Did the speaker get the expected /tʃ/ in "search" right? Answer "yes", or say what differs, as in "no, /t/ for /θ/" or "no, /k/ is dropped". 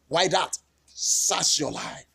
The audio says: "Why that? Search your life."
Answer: no, /s/ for /tʃ/